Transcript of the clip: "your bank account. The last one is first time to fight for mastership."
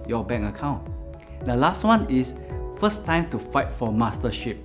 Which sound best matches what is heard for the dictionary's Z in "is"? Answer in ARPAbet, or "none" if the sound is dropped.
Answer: S